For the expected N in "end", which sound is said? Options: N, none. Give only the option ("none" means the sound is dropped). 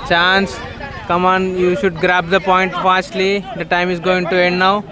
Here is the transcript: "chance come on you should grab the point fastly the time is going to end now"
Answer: N